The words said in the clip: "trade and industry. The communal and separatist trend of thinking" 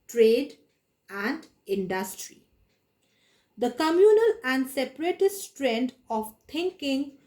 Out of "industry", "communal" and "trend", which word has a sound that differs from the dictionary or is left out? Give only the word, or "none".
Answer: none